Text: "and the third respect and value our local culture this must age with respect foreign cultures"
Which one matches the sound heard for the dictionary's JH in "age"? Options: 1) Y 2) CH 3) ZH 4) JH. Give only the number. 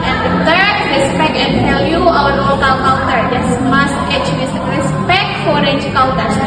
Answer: 2